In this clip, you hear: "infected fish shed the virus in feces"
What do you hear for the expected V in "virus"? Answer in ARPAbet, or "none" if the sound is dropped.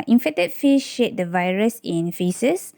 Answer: V